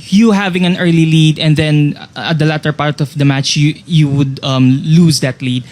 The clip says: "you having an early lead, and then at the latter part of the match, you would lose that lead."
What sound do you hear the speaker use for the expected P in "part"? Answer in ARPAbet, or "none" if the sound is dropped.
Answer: P